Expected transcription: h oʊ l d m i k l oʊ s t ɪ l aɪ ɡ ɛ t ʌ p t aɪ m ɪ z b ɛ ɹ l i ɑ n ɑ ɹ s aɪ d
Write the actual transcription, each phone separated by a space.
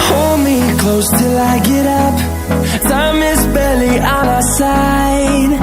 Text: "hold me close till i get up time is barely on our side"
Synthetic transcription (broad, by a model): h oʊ l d m i k l oʊ s t ɪ l aɪ ɡ ɛ t ʌ p s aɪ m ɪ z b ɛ l i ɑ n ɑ s aɪ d